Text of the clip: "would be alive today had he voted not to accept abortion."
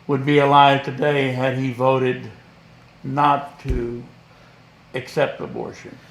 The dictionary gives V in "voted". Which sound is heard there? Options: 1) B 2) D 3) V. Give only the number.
3